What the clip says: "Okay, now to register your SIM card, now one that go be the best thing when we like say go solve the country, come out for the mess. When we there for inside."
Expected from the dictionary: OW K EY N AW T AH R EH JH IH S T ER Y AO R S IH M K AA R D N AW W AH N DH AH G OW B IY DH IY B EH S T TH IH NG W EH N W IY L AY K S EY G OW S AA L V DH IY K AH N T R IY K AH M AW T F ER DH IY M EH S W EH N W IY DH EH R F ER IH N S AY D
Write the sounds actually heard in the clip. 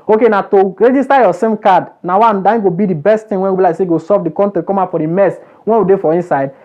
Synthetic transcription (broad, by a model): OW K EY N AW T AH R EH JH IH S T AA Y AO S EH M K AA D N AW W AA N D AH G OW B IY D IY B EH S T T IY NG W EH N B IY L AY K S EY G OW S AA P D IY K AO N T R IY K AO M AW F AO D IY M EH S W EH N W IY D EH F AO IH N S AY D